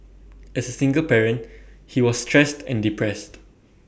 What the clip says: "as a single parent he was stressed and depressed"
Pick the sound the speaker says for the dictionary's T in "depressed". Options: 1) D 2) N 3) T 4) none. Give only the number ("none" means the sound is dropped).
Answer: 3